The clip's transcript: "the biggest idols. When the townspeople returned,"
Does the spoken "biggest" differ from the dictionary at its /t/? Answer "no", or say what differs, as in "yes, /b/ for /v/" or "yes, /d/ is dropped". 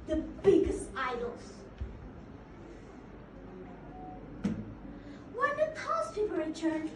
no